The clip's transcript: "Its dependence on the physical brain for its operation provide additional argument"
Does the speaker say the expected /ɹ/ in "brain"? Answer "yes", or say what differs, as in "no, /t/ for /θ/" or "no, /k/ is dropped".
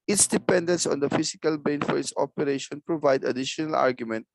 no, /ɹ/ is dropped